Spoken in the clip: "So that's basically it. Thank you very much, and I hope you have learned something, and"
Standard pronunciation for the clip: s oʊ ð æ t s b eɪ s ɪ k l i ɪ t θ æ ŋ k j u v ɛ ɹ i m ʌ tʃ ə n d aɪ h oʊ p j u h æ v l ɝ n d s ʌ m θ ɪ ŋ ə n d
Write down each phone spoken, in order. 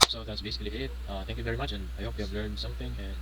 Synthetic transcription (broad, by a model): s oʊ ð æ t s b eɪ s ɪ k l i ɪ t θ æ ŋ k j u v ɛ ɹ i m ʌ tʃ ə n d aɪ h oʊ p j u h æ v l ɝ n d s ʌ m θ ɪ ŋ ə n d